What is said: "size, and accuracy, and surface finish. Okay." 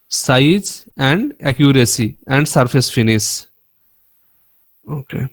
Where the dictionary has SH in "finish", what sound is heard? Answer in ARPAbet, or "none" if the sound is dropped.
S